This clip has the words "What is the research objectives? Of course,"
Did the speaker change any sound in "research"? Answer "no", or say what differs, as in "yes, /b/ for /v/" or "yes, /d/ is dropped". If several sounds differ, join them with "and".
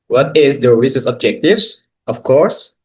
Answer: yes, /s/ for /tʃ/